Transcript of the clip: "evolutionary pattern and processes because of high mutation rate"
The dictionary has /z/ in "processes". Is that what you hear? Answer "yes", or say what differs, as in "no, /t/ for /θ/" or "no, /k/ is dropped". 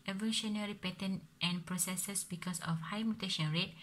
no, /s/ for /z/